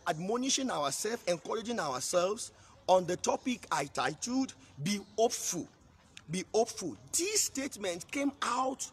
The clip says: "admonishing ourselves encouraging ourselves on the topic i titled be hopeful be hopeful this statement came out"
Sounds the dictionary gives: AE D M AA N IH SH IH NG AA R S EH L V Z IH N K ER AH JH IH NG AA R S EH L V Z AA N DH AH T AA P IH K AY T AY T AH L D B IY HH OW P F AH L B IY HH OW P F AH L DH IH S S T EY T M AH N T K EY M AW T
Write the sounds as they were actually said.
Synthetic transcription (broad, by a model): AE D M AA N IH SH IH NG AA W S EH L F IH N K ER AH JH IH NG AA W S EH L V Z AA N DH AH T AA P IH K AY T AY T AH D B IY HH OW P F AH L B IY HH OW P F AH L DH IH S S T EY T M AH N T K EY M AW T